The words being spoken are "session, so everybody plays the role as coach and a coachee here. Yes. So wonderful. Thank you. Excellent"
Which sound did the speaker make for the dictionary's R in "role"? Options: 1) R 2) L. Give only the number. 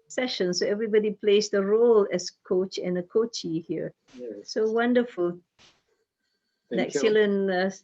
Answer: 1